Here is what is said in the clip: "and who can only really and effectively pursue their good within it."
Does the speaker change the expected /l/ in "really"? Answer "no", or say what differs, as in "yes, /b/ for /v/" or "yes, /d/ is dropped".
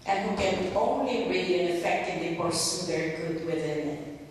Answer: yes, /l/ is dropped